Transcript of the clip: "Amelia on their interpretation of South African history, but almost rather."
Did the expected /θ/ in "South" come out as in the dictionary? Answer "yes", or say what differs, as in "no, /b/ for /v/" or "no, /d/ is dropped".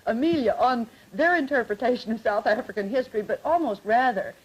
yes